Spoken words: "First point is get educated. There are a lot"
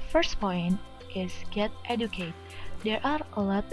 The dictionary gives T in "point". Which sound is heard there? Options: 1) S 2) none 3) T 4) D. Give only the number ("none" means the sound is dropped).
3